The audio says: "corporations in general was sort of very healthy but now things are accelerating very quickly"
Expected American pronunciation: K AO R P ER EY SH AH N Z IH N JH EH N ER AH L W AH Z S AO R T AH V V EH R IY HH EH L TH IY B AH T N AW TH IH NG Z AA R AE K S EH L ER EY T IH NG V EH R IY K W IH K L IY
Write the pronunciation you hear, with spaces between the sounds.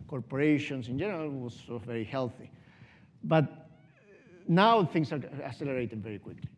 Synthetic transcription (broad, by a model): K AO R P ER EY SH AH N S IH N JH EH N ER AH L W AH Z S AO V V EH R IY HH EH L TH IY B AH T N AW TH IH NG S AA R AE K S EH L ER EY T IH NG V EH R IY K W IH K L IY